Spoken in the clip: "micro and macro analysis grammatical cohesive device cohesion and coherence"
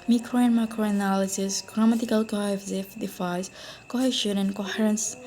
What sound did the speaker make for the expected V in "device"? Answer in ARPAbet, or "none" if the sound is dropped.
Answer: F